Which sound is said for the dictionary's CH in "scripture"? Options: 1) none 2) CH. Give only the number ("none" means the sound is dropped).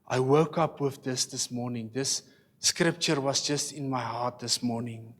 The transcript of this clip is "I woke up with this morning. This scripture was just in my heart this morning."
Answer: 2